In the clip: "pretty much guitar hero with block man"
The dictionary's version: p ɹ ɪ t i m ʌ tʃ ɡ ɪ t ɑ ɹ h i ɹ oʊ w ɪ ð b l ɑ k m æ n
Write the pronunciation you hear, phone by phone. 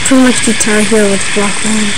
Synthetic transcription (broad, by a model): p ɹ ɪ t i m ʌ tʃ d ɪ t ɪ l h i oʊ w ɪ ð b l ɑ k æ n